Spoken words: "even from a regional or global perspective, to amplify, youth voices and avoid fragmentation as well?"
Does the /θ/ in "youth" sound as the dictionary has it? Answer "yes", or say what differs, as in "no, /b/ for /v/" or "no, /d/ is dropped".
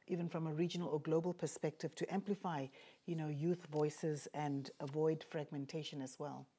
yes